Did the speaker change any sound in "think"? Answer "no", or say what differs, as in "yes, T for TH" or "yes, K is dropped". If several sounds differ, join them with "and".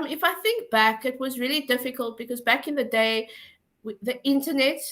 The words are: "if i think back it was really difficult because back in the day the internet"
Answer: no